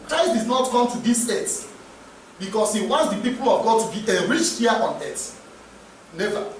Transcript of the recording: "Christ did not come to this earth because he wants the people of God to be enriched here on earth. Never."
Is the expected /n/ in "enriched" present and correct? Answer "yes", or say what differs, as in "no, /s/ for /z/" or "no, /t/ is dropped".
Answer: no, /n/ is dropped